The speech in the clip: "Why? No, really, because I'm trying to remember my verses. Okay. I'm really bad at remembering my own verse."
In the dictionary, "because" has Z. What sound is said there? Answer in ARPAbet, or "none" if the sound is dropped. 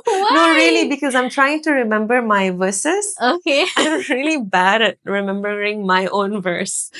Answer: Z